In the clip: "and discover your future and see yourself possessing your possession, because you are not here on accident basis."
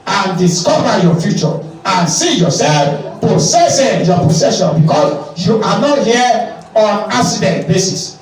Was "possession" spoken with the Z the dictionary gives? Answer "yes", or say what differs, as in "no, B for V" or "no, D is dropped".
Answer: no, S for Z